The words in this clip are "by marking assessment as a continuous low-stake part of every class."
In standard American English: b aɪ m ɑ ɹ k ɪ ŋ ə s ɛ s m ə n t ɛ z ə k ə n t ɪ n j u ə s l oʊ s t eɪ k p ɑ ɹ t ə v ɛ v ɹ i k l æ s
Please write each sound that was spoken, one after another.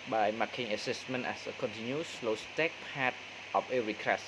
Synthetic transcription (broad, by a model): b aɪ m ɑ k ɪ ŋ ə s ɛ s m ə n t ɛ s ə k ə n t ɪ n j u s l oʊ s t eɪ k p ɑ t t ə p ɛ ɹ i k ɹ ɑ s